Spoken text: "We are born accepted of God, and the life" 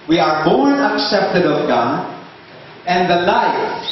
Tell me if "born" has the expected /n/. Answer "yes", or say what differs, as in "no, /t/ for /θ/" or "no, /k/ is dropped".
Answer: no, /n/ is dropped